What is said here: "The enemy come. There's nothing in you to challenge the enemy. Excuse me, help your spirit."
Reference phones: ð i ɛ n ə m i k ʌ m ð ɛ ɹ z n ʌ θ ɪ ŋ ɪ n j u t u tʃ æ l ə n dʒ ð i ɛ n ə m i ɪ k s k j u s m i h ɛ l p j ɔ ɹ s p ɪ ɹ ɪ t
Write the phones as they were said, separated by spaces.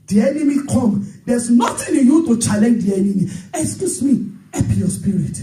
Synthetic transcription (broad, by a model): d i ɛ n ə m i k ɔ m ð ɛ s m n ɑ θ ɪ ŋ ɪ n j u t u tʃ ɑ l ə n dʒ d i ɛ n ə m i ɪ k s k j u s m i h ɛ p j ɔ s p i ɹ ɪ t